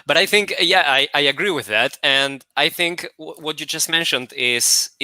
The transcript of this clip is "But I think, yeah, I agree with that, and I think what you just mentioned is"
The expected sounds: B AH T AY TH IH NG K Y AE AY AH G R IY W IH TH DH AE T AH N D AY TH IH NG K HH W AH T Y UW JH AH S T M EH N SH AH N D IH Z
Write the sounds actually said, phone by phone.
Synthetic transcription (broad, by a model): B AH T AY TH IH NG K Y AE AY AH G R IY W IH DH AE T AH N D AY TH IH NG K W W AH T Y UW JH AH S T M EH N SH AH N D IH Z